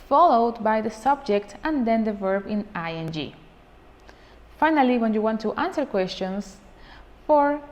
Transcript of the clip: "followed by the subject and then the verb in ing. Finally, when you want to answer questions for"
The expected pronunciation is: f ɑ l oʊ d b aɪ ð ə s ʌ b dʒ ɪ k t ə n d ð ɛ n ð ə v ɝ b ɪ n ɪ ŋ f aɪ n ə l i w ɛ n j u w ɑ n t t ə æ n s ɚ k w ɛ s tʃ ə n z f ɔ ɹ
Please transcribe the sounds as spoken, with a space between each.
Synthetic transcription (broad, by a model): f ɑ l oʊ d b aɪ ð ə s ʌ b dʒ ɪ k t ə n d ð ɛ n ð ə v ɝ b ɪ n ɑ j f aɪ n ə l i w ɛ n j u w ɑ n t t ə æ n s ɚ k w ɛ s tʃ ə n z f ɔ ɹ